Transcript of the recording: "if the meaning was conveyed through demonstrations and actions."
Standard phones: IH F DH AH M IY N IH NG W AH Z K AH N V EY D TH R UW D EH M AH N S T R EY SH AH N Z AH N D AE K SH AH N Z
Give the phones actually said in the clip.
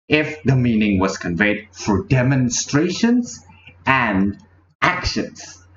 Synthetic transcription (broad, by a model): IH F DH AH M IY N IH NG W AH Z K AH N V EY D F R D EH M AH N S T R EY SH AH N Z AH N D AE K SH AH N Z